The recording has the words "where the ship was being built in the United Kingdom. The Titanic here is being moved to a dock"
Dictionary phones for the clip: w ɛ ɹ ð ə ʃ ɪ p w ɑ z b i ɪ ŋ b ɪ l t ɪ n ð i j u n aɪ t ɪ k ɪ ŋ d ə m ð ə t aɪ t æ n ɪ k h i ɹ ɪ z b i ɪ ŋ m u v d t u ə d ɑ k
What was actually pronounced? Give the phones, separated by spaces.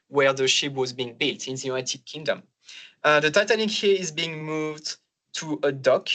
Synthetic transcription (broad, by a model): w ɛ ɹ ð ə ʃ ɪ p w ɑ z b i ɪ ŋ b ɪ l t ɪ n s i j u aɪ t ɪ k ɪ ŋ d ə m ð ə t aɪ t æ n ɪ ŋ h i ɹ ɪ z b i ɪ ŋ m u v d t u ə d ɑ k